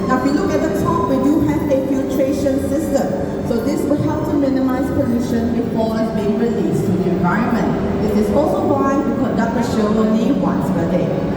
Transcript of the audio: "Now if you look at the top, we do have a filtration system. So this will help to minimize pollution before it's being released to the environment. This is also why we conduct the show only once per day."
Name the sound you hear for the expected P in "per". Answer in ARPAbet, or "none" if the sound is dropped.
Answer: B